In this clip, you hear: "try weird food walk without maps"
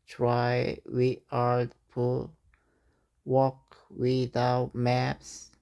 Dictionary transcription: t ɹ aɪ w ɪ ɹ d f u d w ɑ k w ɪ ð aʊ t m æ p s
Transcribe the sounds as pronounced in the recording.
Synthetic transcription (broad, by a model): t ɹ aɪ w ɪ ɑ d p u w ɑ k w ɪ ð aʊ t m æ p s